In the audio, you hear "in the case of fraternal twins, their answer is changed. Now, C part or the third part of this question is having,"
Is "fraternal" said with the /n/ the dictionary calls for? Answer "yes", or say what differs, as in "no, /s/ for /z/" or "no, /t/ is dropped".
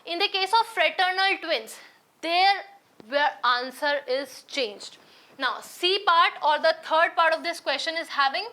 yes